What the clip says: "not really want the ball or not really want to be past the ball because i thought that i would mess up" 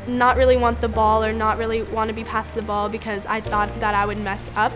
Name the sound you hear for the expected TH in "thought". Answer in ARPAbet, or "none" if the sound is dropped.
TH